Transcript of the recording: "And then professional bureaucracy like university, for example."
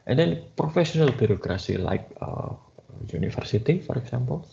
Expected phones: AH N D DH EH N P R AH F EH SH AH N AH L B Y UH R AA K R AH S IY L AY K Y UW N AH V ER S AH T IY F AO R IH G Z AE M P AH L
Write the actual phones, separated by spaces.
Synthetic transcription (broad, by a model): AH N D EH N P R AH F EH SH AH N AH L B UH R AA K R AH S IY L AY K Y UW N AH F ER S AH T IY F AO R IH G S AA M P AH L